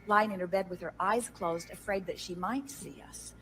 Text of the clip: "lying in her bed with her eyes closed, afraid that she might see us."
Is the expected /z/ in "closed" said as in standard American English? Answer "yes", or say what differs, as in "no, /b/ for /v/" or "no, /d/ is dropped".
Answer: yes